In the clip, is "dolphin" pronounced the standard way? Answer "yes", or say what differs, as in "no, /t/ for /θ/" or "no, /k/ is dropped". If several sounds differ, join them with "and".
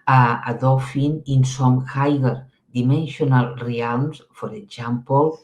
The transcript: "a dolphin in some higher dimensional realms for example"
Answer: no, /l/ is dropped